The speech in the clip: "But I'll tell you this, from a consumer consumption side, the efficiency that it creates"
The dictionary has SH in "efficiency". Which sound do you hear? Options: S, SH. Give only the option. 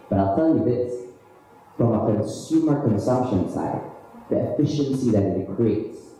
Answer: SH